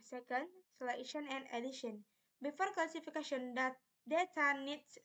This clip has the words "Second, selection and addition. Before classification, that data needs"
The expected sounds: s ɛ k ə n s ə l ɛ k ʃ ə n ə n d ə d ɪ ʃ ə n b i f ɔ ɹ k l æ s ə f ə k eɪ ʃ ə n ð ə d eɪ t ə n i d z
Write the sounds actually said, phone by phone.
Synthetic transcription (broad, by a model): s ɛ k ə n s l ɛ ʃ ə n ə n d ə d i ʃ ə n b i f ɔ ɹ k l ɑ s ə f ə k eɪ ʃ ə n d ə d eɪ t ə n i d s